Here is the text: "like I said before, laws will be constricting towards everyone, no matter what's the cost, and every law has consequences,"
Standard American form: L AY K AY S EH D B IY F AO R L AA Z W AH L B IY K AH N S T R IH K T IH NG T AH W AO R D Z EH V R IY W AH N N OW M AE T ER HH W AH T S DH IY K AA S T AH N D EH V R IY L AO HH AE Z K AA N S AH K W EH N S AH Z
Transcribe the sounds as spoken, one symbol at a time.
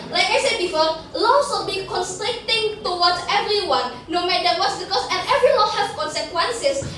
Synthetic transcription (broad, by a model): L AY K AY S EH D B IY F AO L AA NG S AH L B IY K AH N S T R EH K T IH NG T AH W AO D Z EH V R IY W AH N N OW M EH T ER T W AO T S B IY K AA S AH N EH V R IY W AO HH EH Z K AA N S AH K W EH N S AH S